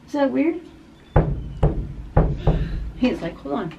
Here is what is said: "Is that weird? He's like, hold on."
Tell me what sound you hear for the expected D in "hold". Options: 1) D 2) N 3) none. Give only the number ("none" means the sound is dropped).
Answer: 3